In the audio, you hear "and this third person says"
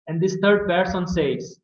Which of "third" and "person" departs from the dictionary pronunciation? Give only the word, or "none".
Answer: third